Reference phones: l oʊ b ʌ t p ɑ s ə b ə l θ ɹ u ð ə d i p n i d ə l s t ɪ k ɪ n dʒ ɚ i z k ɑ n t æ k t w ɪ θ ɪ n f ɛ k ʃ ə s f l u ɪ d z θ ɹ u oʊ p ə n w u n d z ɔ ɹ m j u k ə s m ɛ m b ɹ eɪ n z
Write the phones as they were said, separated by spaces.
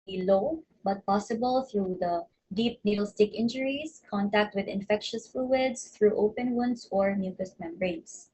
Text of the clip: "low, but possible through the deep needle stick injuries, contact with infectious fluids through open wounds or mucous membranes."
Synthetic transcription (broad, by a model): l oʊ b ʌ t p ɑ s ə b ə l θ ɹ u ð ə d i p n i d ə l s t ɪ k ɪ n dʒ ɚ i s k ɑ n t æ k t w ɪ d ɪ n f ɛ k ʃ ə s f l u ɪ d s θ ɹ u oʊ p ə n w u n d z ɔ ɹ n j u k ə s m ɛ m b ɹ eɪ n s